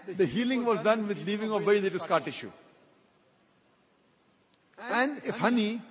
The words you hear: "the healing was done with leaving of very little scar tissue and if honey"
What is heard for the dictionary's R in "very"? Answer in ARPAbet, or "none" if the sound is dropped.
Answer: none